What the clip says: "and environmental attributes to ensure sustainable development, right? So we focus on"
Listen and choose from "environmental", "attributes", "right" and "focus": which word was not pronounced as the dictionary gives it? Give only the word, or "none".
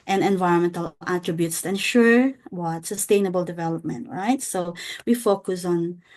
none